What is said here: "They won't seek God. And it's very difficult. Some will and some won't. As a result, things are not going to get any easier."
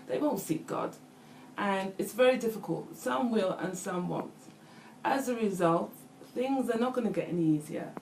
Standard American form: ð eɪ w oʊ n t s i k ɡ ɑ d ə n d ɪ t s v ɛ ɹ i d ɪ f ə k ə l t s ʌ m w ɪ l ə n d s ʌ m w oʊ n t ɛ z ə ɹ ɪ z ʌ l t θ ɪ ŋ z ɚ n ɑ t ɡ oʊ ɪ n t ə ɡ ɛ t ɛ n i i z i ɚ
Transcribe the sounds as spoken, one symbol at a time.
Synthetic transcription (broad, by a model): ð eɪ w oʊ n t s i k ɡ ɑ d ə n ɪ t s v ɛ ɹ i d ɪ f ə k ə l t s ʌ m w ɪ l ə n s ʌ m w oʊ n t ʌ z ə ɹ ɪ z ʌ l t θ ɪ ŋ z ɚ n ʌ t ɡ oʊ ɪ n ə ɡ ɛ t ɛ n i i z i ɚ